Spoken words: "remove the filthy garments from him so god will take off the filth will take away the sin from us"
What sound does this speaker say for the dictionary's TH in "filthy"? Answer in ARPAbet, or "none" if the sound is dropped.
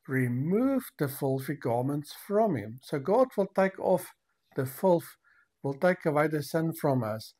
F